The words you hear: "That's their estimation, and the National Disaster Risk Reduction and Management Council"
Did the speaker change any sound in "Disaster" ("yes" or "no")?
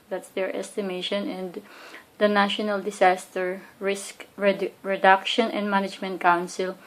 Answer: yes